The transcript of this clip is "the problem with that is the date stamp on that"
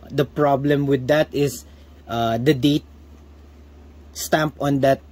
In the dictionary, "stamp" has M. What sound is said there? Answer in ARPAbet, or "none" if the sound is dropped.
M